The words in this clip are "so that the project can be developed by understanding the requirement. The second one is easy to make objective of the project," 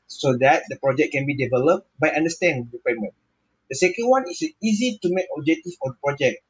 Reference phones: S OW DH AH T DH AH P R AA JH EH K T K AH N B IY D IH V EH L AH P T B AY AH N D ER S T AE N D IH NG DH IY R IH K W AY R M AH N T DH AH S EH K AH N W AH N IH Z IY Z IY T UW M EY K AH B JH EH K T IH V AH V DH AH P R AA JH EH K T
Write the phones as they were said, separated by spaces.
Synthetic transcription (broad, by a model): S OW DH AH T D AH P R AA JH EH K K AH N B IY D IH V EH L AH P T B AY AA N D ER S T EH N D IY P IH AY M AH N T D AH S EH K AH N W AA N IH S IY Z IY T UW M EY K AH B JH EH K T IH F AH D AH P R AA JH EH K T